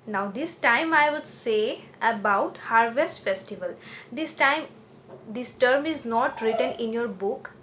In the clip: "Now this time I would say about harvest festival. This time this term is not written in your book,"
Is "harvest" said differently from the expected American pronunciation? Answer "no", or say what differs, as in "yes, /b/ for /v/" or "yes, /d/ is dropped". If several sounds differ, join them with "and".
no